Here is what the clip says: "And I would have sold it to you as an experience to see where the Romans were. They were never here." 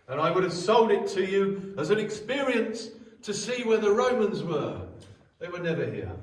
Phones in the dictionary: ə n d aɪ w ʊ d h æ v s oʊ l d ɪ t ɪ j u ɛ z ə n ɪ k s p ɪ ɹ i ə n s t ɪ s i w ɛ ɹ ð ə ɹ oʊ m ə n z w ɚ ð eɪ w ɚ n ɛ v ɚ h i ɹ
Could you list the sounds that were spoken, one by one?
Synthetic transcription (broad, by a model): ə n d aɪ w ʊ d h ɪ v s oʊ l d ɪ t ɪ j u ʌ z ə n ɪ k s p ɪ ɹ i ə n s t ɪ s i w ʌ ɹ ð ə ɹ oʊ m ə n z w ɚ ð eɪ w ɚ n ɛ v ɚ h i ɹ